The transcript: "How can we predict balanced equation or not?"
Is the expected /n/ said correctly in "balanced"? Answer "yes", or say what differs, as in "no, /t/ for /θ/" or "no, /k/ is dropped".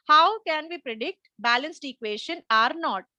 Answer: yes